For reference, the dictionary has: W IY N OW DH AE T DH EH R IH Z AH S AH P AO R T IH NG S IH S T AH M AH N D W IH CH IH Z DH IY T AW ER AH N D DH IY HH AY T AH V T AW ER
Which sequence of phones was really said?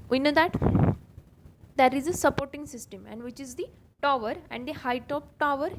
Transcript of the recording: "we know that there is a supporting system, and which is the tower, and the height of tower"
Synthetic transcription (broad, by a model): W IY N OW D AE T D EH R IH Z AH S AH P AO R T IH NG S IH S T AH M AH N D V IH CH IH Z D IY T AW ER AH N D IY HH AY T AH P T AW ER